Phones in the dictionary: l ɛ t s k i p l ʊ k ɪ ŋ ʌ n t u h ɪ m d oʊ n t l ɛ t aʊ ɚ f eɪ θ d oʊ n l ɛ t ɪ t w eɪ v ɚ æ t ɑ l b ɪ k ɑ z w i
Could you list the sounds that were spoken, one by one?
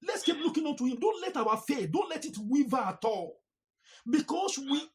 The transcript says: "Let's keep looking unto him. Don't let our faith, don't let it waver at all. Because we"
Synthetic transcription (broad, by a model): l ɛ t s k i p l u k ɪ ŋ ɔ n t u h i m d oʊ n t l ɛ t aʊ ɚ f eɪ d oʊ n l ɛ t ɪ t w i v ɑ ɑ t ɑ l b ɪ k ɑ s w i